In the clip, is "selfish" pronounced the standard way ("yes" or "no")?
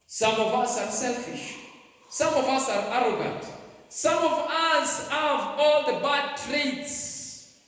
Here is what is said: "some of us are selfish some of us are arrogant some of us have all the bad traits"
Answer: yes